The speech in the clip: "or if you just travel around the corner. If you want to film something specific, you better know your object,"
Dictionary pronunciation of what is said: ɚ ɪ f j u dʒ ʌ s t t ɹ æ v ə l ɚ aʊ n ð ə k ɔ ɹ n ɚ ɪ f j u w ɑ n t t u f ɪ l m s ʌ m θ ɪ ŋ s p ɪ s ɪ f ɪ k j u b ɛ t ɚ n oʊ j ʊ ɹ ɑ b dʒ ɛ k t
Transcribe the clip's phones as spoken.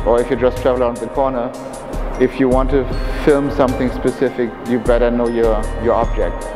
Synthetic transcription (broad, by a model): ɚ ɪ f j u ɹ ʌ s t t ɹ æ v ə l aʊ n ð ə k ɔ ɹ n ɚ ɪ f j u w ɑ n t t u f ɪ l m s ʌ m θ ɪ ŋ s p ɪ s ɪ f ɪ k j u b ɛ t ɚ n oʊ j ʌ ɹ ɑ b dʒ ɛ k t